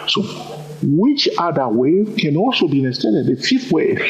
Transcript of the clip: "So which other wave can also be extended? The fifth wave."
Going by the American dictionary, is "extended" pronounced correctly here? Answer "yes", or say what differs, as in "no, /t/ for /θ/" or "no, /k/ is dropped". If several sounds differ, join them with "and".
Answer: no, /k/ is dropped and /n/ is dropped